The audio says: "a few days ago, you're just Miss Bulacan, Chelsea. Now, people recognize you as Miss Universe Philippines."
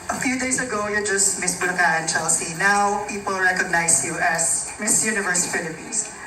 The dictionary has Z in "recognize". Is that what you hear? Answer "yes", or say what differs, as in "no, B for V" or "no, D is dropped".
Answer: no, S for Z